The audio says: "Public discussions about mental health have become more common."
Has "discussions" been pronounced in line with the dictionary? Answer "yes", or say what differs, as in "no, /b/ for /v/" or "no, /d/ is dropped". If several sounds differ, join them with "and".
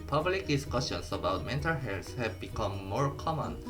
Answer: no, /s/ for /z/